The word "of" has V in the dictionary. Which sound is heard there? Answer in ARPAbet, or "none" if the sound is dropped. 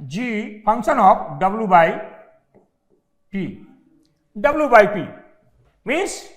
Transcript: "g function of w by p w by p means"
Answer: P